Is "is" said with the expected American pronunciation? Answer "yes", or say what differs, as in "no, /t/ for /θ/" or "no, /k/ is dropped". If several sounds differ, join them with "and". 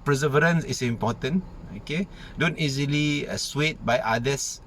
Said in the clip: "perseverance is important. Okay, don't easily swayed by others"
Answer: no, /s/ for /z/